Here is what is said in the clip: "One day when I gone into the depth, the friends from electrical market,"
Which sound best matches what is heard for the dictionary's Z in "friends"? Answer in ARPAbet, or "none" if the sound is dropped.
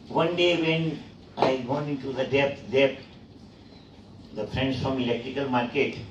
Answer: S